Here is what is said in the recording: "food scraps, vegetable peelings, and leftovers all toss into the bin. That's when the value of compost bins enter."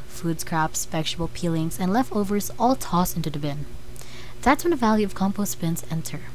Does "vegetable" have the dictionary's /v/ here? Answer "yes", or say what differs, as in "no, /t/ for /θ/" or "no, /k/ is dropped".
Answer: no, /p/ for /v/